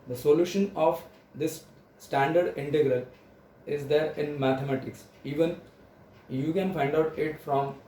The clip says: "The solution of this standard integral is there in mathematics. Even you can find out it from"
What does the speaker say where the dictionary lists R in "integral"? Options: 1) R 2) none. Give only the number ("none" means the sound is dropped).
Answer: 1